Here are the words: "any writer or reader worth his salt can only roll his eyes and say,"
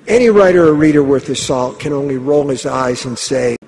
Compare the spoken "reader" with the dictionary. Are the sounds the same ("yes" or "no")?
yes